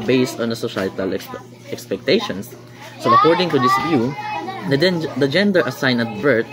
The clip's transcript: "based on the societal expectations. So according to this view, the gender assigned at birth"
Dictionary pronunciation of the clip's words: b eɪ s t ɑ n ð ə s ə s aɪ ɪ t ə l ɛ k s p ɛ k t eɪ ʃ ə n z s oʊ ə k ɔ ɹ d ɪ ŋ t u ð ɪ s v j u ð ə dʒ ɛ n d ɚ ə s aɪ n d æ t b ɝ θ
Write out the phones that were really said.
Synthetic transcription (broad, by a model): b eɪ s t ɑ n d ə s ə ʃ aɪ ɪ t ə l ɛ k s p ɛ k t eɪ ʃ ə n s oʊ ə k ɔ ɹ d ɪ ŋ t u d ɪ s v j u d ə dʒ ɛ n d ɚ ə s aɪ n ʌ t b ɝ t